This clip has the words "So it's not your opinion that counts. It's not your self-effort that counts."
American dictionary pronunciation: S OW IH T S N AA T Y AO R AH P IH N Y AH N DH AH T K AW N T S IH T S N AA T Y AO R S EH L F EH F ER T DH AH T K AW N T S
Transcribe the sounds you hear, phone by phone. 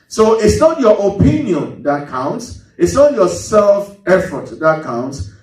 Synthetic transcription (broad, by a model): S OW IH T S N AA T Y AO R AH P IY N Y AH N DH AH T K AW N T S IH T S N AA T Y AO S EH L F EH F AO T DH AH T K AW N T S